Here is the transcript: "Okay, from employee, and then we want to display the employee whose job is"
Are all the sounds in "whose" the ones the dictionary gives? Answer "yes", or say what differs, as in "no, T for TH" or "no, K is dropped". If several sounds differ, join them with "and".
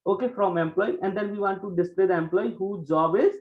no, Z is dropped